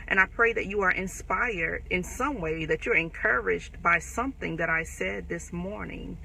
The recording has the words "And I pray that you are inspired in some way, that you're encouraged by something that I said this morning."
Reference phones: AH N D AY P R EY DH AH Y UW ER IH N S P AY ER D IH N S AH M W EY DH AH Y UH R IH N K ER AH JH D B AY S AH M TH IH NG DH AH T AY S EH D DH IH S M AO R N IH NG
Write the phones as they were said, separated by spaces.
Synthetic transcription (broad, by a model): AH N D AY P R EY DH AH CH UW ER IH N S P AY ER D IH N S AH M W EY DH AH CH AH R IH N K ER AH JH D B AY S AH M TH IH NG DH AH T AY S EH D DH IH S M AO R N IH NG